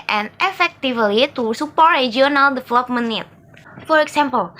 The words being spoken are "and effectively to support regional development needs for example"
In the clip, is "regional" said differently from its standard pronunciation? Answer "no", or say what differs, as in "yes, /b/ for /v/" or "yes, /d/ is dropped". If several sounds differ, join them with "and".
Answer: yes, /dʒ/ is dropped